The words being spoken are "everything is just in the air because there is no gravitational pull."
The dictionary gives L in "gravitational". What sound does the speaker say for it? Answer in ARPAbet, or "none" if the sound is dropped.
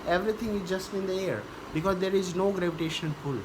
N